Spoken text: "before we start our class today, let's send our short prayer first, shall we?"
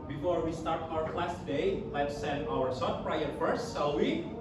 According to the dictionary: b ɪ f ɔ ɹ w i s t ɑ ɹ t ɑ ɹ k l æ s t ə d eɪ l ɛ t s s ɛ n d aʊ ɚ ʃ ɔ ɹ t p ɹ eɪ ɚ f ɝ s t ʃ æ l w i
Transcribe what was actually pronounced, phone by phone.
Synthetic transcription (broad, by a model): b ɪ f ɔ ɹ w i s t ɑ ɹ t ɑ ɹ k l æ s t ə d eɪ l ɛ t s s ɛ n d aʊ ɚ s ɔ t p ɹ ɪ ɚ f ɝ s t s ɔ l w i